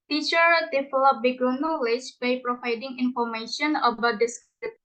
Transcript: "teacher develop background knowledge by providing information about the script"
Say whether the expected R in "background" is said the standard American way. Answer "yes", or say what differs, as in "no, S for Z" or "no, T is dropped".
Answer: no, R is dropped